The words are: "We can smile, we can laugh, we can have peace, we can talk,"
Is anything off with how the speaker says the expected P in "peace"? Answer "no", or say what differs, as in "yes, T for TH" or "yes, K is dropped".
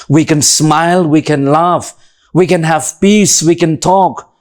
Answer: yes, B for P